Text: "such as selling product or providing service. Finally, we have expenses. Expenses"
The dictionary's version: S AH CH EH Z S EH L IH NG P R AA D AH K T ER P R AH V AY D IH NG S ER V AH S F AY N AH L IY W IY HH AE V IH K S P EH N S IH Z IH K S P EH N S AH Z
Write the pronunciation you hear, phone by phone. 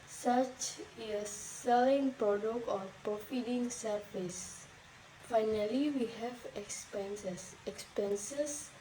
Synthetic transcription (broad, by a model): S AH CH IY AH S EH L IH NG P R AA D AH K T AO P R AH F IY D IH NG S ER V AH S F AY N AH L IY W IY HH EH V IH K S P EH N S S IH K S P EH N S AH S